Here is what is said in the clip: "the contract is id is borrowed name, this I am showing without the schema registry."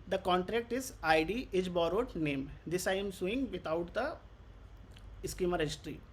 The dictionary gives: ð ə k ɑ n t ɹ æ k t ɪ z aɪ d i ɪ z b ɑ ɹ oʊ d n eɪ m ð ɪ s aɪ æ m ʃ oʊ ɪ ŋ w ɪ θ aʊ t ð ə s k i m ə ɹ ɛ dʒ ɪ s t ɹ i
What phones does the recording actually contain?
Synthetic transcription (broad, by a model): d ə k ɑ n t ɹ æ k t ɪ z aɪ d i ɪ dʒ b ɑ ɹ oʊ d n eɪ m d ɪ s aɪ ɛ m s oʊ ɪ ŋ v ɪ t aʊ t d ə s k i m ə ɹ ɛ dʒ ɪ s t ɹ i